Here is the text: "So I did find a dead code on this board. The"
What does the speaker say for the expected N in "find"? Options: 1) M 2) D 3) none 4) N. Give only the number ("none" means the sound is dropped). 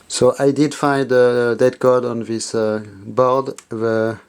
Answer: 4